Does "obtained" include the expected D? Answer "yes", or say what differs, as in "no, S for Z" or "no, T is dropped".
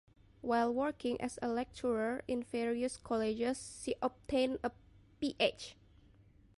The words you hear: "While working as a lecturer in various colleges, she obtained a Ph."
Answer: no, D is dropped